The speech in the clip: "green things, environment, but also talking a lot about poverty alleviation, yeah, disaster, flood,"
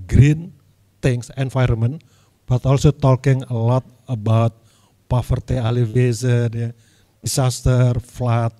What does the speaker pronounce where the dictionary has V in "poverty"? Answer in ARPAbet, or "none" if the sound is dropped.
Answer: F